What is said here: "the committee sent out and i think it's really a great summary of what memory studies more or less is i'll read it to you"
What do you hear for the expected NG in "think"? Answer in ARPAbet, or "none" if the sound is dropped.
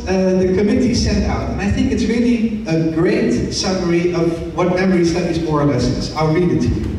NG